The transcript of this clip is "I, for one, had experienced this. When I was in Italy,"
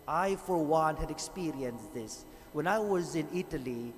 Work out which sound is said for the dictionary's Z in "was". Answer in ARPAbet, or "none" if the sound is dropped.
Z